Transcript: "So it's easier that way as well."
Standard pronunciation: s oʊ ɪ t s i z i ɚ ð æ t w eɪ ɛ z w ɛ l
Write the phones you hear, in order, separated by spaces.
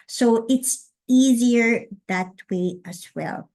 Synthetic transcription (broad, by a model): s oʊ ɪ t s i z i ɚ ð æ t w eɪ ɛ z w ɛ l